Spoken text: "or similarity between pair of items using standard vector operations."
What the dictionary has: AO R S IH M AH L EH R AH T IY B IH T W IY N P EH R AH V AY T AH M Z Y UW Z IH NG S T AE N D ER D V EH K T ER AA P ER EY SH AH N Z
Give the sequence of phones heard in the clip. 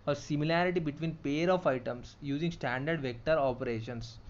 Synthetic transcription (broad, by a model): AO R S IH M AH L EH R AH T IY B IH T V IY N P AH R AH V AY T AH M S Y UW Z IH NG S T AE N D ER D V EH K T ER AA P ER EY SH AH N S